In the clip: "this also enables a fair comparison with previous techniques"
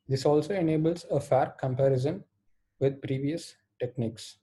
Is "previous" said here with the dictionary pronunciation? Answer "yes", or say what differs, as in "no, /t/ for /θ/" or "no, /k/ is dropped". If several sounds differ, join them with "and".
yes